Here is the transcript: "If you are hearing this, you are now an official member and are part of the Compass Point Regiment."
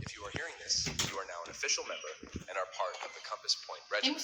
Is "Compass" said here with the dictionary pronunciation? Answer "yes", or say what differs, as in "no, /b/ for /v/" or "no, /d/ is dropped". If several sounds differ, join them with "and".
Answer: yes